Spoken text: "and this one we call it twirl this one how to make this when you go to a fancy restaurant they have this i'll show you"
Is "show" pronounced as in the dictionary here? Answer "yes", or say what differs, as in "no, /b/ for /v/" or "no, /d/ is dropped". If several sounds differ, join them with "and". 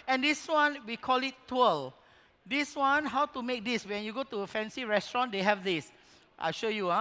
yes